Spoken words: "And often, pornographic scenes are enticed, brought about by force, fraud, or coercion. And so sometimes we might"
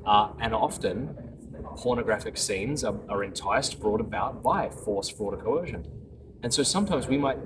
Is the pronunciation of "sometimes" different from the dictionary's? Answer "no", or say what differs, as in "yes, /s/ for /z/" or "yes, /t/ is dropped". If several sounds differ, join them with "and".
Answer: no